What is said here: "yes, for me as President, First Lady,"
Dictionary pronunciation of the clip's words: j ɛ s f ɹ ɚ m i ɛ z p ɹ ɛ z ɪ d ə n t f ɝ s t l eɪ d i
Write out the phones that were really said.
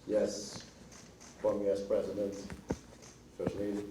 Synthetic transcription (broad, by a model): j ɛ s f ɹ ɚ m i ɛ s p ɹ ɛ z ɪ d ə n t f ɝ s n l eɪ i